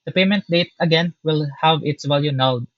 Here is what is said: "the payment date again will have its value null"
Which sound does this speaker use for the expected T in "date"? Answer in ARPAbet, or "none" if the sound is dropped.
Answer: T